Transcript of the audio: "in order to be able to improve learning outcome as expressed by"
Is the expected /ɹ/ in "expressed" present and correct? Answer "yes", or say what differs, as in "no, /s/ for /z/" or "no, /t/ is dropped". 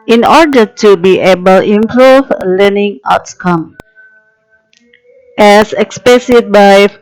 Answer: no, /ɹ/ is dropped